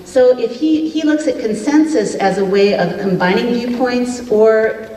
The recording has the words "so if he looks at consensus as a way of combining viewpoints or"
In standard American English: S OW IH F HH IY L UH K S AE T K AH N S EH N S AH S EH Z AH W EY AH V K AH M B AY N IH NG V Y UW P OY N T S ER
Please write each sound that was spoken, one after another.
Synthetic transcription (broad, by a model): S OW IH F HH IY L UH K S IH T K AH N S EH N S AH S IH Z AH W EY AH V K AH M B AY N IH NG V Y UW P OY N T S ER